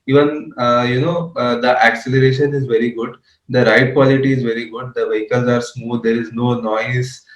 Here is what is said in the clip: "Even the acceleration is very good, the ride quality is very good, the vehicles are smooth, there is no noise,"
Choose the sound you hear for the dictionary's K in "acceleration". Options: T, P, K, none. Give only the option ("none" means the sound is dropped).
K